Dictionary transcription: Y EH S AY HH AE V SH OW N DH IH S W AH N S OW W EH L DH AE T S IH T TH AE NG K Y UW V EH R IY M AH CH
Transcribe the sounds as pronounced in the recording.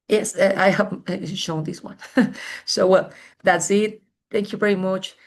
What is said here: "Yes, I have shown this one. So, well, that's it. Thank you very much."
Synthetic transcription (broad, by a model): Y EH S AY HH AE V SH OW N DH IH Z W AH N S OW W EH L DH AE T S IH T TH AE NG K Y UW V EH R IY M AH CH